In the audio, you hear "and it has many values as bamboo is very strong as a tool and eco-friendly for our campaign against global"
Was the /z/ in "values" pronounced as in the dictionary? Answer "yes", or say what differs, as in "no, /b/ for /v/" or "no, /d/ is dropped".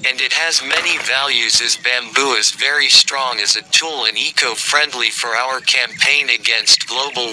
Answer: yes